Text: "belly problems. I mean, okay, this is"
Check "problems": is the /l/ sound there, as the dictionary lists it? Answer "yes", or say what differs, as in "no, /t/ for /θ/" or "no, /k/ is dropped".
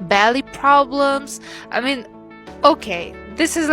yes